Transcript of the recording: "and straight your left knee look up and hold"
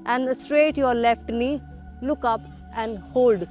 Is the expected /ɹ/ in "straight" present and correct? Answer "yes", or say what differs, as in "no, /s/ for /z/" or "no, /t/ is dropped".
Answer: yes